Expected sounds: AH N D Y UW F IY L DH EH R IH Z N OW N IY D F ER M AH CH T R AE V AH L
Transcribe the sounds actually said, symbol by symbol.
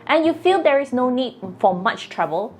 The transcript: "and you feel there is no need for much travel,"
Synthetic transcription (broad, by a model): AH N Y UW F IY L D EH R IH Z N OW N IY D F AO M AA CH T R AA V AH L